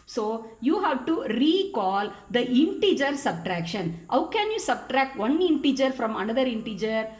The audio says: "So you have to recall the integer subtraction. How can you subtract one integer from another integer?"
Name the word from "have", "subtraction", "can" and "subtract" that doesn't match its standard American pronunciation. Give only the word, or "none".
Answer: none